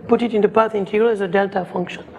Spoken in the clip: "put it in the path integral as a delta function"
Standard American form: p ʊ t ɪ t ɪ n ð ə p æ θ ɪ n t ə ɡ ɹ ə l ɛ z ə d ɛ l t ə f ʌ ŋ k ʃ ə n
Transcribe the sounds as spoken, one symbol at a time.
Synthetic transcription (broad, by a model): p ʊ t ɪ t ɪ n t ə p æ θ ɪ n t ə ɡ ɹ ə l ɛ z ə d ɛ l t ə f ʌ ŋ k ʃ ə n